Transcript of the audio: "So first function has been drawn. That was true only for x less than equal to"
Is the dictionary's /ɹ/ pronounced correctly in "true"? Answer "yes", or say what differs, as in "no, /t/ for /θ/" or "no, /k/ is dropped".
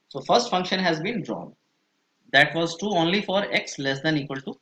no, /ɹ/ is dropped